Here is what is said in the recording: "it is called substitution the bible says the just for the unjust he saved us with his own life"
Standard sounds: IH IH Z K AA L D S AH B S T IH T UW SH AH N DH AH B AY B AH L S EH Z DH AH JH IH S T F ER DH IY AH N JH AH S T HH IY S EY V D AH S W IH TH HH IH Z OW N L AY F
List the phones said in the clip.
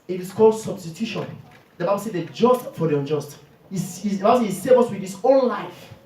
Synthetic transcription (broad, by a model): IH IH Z K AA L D S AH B S T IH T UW SH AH N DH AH B AY B AH L S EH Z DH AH JH IH S T F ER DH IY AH N JH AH S T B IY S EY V AH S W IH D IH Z OW N L AY F